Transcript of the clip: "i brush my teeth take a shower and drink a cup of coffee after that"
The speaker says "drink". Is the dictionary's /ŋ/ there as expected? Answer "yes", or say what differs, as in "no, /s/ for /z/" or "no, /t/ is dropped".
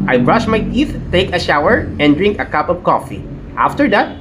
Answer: yes